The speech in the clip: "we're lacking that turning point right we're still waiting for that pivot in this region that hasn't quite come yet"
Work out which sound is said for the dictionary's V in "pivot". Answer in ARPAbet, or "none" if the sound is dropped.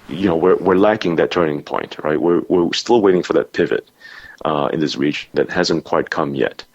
V